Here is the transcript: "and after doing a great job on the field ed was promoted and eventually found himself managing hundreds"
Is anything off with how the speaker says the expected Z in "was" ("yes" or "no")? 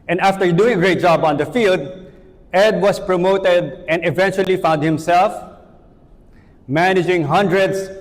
yes